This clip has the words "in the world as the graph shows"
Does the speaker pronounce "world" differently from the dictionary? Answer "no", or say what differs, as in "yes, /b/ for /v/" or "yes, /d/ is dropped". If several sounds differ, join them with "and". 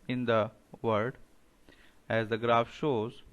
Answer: yes, /l/ is dropped